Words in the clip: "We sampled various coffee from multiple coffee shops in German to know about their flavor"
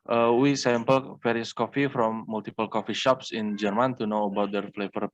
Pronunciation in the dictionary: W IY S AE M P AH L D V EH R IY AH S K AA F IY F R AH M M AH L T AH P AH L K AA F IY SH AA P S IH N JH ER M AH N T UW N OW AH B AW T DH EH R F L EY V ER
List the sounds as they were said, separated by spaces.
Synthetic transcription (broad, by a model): W IY S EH M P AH L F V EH R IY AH S K AA F IY F R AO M M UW L T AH P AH L K AA F IY SH AA P S IH N JH ER M AH N T UW N OW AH B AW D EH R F L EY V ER